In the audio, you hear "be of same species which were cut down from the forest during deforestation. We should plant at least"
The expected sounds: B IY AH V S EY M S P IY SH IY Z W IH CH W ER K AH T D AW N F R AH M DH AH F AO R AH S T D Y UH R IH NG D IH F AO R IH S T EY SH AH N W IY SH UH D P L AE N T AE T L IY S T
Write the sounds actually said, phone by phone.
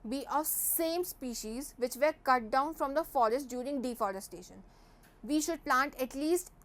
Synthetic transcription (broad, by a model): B IY AH V S EY M S P IY SH IY Z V IH CH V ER K AH T D AW N F R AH M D AH F AO R AH S T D Y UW R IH NG D IH F AO R IH S T EY SH AH N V IY SH UH D P L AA N T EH T L IY S T